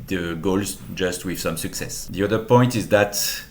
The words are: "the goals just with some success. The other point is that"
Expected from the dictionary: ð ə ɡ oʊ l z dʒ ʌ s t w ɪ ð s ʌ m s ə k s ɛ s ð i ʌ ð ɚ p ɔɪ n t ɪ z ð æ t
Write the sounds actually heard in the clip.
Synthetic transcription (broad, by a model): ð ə ɡ oʊ l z dʒ ʌ s t w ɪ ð s ʌ m s ə k s ɛ s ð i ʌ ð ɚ p ɔɪ n t ɪ z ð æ t